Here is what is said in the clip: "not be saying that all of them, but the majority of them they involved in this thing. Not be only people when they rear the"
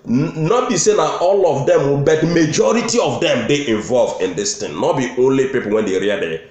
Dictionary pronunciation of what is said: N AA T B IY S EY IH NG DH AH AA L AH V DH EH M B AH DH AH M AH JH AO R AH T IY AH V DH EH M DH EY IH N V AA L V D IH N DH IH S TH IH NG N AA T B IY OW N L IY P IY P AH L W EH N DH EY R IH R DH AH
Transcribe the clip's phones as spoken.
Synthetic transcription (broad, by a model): N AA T B IY S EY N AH AA L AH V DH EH M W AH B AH M AH JH AO R AH T IY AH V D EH M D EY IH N V AA L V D IH N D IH S T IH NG N AA T B IY OW N L IY P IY P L W EH N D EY R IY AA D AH